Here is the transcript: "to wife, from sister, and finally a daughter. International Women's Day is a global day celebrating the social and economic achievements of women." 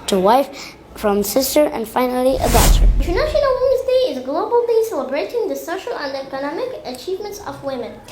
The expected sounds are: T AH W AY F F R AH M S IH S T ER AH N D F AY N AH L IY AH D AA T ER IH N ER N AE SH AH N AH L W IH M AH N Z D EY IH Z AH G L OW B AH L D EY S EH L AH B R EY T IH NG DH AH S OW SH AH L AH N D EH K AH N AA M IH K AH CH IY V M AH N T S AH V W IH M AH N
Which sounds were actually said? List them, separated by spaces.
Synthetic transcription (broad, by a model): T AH W AY F F R AH M S IH S T ER AH N D F AY N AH L IY AH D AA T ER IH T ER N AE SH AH N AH L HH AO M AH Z D EY IH Z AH G L OW B AH L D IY S EH L AH B R EY T IH NG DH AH S OW SH AH L AH N D EH K AH N AA M IH K AH CH IY V M AH N T S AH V W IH M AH N